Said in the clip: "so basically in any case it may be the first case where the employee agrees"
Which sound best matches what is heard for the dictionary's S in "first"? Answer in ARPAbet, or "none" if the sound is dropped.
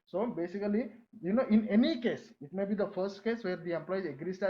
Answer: S